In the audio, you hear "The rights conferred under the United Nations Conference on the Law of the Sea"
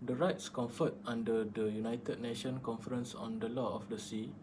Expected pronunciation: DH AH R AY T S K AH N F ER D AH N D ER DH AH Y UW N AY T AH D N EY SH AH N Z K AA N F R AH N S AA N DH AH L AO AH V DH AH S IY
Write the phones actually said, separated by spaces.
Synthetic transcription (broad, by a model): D AH R AY T S K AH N F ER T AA N D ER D AH Y UW N AY T AH D N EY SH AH N K AA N F R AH N S AA N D AH L AO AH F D AH S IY